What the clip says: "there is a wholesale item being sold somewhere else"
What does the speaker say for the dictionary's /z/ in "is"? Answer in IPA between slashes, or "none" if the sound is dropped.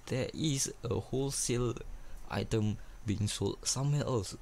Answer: /s/